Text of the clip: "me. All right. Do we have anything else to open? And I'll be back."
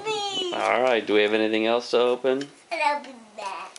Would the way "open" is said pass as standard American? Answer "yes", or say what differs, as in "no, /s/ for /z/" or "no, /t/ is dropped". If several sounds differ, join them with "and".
yes